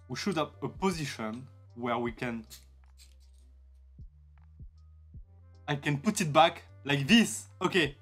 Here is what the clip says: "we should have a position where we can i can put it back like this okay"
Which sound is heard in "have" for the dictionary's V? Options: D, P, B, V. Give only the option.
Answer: P